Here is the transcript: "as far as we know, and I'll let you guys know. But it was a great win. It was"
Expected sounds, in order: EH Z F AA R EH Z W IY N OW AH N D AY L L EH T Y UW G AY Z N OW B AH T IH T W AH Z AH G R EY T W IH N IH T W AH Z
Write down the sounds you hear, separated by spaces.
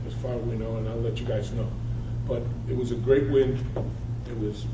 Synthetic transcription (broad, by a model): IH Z F AA R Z W IY N OW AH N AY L L EH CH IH G AY Z N OW B AH T IH T W AH Z AH G R EY T W IH N IH T W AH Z